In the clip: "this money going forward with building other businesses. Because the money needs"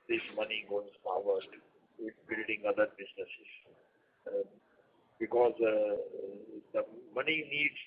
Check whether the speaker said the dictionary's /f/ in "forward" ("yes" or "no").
no